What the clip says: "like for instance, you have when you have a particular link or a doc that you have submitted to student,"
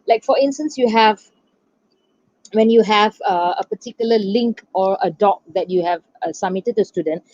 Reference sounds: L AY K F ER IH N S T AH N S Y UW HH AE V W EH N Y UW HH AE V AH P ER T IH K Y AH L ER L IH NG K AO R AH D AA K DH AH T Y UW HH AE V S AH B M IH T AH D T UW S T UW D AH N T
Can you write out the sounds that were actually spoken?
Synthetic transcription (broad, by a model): L AY K F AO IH N S T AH N S Y UW HH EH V W EH N Y UW HH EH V AH P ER T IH K Y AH L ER L IH NG K AO R AH D AA K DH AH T Y UW HH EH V S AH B M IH T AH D T UW S T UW D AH N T